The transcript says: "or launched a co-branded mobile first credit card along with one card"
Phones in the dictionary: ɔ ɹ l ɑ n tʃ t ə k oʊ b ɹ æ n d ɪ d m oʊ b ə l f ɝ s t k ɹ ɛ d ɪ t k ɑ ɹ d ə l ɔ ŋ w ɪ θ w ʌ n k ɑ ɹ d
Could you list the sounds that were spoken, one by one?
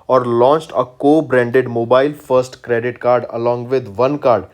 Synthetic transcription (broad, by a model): ɔ ɹ l ɑ n tʃ t ə k oʊ b ɹ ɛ n d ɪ d m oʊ b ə l f ɝ s t k ɹ ɛ d ɪ t k ɑ ɹ d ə l ɔ ŋ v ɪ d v ʌ n k ɑ ɹ d